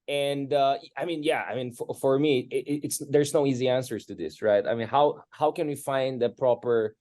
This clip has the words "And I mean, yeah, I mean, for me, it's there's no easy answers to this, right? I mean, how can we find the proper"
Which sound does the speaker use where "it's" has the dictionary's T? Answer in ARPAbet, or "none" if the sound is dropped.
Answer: T